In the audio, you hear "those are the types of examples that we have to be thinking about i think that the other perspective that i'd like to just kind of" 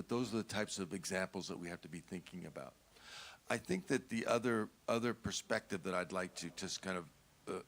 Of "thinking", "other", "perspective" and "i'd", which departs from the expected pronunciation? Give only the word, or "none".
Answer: none